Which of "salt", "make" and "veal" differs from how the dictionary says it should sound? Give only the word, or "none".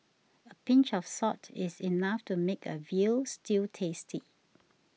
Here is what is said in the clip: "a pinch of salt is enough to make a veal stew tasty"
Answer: salt